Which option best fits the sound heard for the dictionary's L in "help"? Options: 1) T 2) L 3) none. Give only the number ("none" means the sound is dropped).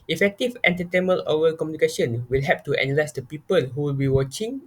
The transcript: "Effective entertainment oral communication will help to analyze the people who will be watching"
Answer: 3